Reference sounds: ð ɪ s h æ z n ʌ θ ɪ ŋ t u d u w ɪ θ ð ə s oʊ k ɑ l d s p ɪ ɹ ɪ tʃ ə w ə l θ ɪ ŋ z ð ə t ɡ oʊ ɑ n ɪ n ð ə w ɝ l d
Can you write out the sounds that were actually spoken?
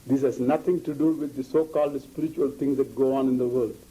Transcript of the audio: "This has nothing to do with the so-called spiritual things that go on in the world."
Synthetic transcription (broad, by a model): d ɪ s h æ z n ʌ t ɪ ŋ t u d u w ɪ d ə s oʊ k ɑ l d s p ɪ ɹ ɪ tʃ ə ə l t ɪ ŋ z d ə t ɡ oʊ ɑ n ɪ n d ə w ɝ l d